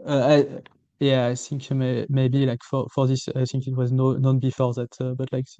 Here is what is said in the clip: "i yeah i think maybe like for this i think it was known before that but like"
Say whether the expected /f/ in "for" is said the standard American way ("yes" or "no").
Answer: yes